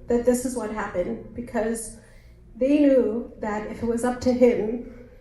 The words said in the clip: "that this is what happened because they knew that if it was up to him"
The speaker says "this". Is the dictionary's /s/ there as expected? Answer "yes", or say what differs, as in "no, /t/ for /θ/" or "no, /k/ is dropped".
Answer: yes